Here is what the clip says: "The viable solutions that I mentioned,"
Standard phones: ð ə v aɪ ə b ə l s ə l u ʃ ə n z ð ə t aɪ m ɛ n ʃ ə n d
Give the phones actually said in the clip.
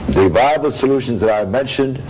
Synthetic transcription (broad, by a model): ð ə v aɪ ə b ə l s ə l u ʃ ə n z ð ə t aɪ m ɛ n ʃ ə n d